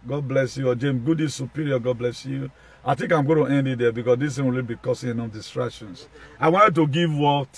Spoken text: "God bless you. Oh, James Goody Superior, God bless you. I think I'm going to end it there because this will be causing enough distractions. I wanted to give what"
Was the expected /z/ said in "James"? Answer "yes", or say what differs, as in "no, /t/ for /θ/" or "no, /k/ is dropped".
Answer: no, /z/ is dropped